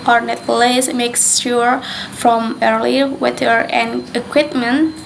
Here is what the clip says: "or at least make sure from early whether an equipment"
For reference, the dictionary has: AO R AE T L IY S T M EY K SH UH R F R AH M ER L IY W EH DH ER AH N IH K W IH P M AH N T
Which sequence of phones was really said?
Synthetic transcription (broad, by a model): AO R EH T L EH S M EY K S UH R F R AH M ER L IY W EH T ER AH N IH K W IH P M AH N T